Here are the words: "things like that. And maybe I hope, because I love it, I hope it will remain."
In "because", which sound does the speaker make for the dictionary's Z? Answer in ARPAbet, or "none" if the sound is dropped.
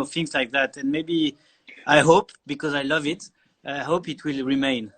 Z